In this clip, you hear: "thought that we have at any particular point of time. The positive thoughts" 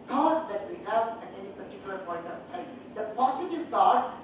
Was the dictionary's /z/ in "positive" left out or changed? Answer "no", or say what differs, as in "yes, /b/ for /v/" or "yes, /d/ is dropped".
yes, /s/ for /z/